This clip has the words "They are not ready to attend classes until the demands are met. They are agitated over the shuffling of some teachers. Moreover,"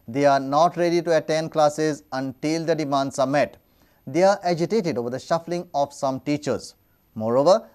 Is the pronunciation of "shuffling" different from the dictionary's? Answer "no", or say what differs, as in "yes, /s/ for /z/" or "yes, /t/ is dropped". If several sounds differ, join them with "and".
no